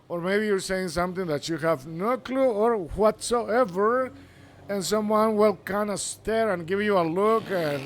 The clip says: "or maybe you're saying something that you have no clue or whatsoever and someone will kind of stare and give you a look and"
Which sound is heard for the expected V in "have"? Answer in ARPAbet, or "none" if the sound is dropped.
V